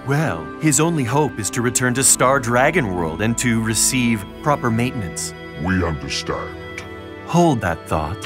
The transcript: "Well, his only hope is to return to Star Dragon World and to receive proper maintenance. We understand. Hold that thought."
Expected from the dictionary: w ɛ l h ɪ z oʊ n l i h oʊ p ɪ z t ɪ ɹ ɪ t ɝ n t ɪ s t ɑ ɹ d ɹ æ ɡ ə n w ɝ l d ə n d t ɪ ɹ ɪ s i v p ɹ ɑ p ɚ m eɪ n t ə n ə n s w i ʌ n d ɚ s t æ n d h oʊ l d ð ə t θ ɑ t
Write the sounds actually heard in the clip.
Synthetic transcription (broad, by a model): w ɛ l h ɪ z oʊ n l i h oʊ p ɪ z t ɪ ɹ ɪ t ɝ n t ɪ s t ɑ ɹ d ɹ æ ɡ ə n w ɝ l d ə n t ɪ ɹ ɪ s i v p ɹ ɑ p ɚ m eɪ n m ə n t s w i ʌ n d ɚ s t æ n d h oʊ l d ð ə t θ ɑ t